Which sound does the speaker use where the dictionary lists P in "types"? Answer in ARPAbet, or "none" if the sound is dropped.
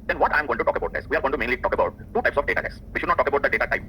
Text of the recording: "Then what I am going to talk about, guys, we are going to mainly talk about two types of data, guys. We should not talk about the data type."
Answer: P